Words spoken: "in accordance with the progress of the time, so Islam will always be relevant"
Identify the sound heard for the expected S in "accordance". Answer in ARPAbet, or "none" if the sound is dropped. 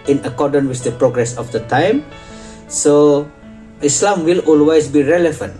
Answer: none